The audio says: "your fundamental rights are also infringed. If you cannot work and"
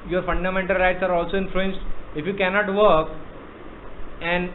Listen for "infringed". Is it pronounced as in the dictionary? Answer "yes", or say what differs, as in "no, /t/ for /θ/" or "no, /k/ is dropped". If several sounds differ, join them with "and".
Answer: no, /l/ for /ɹ/